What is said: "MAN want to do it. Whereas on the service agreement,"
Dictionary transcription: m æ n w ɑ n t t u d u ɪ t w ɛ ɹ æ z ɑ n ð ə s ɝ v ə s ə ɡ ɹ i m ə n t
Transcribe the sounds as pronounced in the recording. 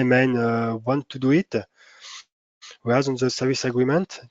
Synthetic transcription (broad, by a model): m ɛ n w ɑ n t t u d u ɪ t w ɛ æ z ɑ n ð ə s ɝ v ə s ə ɡ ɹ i m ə n t